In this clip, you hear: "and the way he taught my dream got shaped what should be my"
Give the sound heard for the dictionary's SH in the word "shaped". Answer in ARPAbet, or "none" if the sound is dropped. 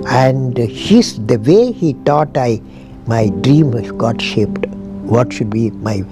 SH